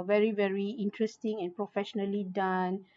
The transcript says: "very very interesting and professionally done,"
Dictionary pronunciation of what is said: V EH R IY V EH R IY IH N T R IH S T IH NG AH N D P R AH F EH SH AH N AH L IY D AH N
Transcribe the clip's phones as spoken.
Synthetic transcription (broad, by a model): V EH R IY V EH R IY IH N T R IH S T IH NG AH N P R AH F EH SH AH N AH L IY D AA N